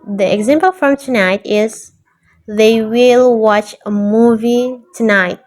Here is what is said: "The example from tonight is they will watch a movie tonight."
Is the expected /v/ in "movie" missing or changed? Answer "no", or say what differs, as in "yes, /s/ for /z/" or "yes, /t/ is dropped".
no